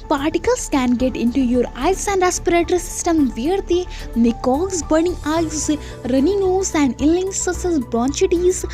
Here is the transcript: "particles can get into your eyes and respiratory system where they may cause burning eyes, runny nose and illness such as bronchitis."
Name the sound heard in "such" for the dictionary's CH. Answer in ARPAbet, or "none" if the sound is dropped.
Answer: S